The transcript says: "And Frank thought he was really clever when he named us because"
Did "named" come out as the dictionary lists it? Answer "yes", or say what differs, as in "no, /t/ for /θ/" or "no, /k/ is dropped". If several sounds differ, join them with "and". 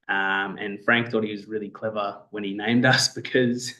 yes